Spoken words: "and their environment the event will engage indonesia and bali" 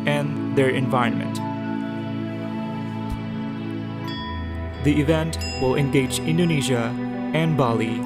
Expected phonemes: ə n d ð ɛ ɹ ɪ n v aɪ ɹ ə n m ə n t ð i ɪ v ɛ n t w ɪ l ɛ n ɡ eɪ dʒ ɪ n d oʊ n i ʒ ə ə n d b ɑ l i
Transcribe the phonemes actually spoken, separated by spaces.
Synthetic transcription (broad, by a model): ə n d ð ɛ ɹ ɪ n v aɪ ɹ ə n m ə n t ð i ɪ v ɛ n t w ɪ l ɛ n ɡ eɪ dʒ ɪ n d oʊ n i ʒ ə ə n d b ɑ l i